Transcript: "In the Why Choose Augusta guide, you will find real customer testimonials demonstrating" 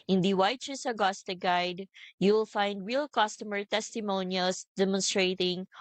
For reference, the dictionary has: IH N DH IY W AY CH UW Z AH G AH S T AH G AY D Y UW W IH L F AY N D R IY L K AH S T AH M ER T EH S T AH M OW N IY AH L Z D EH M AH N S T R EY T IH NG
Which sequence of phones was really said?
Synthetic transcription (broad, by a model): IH N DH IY W AY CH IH S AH G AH S T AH G AY D Y UW W IH L F AY N D R IY L K AH S T AH M ER T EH S T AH M OW N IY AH L S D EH M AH N S T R EY T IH NG